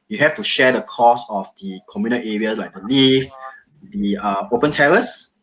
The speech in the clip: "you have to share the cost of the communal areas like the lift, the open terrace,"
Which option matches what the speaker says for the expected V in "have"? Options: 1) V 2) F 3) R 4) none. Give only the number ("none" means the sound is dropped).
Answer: 2